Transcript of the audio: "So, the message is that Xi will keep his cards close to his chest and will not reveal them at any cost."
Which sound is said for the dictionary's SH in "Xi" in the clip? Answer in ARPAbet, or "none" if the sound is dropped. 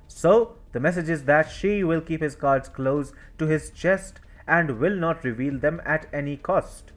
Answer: SH